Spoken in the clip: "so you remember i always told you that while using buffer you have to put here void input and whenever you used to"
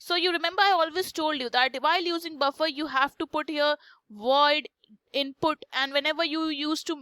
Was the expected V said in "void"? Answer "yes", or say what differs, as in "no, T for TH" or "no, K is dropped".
yes